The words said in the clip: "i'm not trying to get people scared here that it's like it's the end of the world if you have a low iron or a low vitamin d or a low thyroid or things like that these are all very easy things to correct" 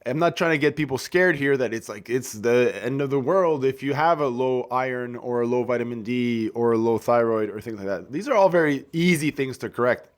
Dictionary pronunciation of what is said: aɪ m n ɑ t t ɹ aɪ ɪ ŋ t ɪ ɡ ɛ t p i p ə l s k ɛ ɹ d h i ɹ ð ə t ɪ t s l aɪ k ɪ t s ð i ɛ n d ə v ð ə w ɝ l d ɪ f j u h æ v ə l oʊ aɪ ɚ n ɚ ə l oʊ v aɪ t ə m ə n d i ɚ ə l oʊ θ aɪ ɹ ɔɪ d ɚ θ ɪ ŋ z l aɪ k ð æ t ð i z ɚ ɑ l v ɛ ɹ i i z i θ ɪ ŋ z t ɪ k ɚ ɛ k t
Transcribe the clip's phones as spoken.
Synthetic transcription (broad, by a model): aɪ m n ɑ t t ɹ aɪ ɪ ŋ t ɪ ɡ ɛ t p i p l s k ɛ ɹ d h i ɹ ð ə t ɪ t s l aɪ k ɪ t s ð i ɛ n d ə v ð ə w ɝ l d ɪ f j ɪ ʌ v ə l oʊ aɪ ɚ n ɚ ə l oʊ v aɪ t ə m ə n d i ɚ ə l oʊ θ aɪ ɹ ɔɪ d ɚ θ ɪ ŋ z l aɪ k ð æ t ð i z ɚ ɑ l v ɛ ɹ i i z i θ ɪ ŋ z t ɪ k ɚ ɛ k t